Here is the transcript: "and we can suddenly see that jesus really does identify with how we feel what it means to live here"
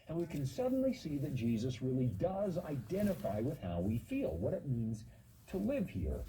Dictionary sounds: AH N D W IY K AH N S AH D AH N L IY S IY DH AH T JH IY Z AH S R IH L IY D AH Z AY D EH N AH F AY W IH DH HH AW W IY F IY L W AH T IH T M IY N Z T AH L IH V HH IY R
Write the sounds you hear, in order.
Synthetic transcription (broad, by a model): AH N W IY K AH N S AH D N L IY S IY DH AH T JH IY Z AH S R IH L IY D AH Z AY D EH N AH F AY W IH DH HH AW W IY F IY L W AH T IH T M IY N Z T AH L IH V HH IY R